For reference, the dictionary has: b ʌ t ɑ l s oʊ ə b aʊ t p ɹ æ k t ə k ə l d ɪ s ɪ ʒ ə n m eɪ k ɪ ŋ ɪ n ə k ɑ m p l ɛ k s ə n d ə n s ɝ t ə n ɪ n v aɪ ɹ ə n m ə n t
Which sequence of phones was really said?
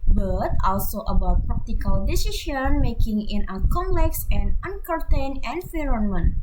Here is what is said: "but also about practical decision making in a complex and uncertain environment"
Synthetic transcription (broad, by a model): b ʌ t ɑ l s oʊ ə b aʊ t p ɹ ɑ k t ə k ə l d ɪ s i ʃ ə n m eɪ k ɪ ŋ ɪ n ə k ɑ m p l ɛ k s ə n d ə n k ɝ t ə n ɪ n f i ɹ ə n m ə n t